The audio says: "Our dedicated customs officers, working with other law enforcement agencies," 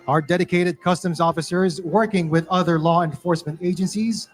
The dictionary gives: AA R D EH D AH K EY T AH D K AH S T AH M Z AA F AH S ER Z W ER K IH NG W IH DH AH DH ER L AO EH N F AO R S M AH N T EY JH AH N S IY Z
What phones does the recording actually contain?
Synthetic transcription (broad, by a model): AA R D EH D AH K EY T AH D K AH S T AH M Z AA F AH S ER Z W ER K IH NG W IH DH AH DH ER L AO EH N F AO R S M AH N T EY JH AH N S IY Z